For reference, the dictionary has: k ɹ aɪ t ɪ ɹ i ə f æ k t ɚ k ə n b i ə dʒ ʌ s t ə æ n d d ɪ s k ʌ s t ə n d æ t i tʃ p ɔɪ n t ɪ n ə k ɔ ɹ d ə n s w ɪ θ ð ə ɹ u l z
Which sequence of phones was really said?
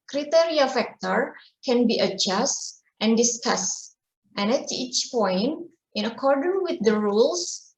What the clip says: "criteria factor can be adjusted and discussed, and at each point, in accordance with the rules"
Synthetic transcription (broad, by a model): k ɹ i t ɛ ɹ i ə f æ k t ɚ k ə n b i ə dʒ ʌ s t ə n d d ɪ s k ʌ s t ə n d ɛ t i tʃ p ɔɪ n t ɪ n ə k ɔ ɹ d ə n w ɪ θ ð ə ɹ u l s